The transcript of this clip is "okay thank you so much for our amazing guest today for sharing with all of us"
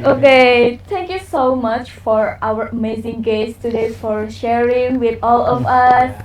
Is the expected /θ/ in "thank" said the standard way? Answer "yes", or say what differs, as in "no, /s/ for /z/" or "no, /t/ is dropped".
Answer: no, /t/ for /θ/